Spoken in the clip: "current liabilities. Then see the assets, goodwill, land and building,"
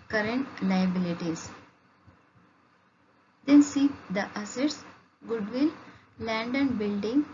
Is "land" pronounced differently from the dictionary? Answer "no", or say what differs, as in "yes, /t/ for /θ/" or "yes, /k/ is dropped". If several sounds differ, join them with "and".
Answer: no